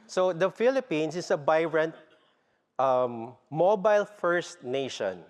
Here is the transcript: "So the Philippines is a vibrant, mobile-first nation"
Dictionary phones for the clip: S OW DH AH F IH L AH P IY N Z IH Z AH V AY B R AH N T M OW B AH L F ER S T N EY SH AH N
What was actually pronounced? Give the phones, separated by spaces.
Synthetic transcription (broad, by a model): S OW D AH F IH L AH P IY N S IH S AH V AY R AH N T M OW B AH L F ER S T N EY SH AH N